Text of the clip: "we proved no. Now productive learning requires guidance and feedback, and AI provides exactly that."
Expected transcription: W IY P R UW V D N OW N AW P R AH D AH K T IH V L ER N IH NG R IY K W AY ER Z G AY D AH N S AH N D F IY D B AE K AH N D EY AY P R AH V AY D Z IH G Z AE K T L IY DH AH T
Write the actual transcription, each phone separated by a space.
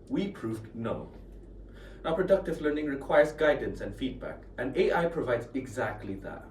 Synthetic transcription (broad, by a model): W IY P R UW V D N OW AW P R AH D AH K T IH V L ER N IH NG R IY K W AY ER Z G AY D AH N S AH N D F IY D B AE K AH N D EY AY P R AH V AY D Z IH G Z AE K T L IY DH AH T